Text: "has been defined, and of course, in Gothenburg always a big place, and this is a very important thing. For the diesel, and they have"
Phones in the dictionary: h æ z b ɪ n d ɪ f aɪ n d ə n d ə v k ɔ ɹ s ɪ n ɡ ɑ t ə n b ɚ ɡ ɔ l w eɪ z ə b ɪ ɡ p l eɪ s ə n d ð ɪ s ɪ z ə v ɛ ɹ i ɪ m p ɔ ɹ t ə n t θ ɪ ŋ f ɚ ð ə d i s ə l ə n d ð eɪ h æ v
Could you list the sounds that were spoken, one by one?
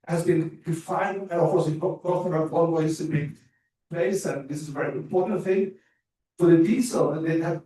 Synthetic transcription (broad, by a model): h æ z b ɪ n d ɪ f aɪ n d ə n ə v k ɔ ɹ s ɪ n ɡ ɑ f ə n ɚ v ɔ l w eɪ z ə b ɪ p l eɪ s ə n ð ɪ s ɪ z ə v ɛ ɹ i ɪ m p ɔ ɹ t n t θ ɪ ŋ f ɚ ð ə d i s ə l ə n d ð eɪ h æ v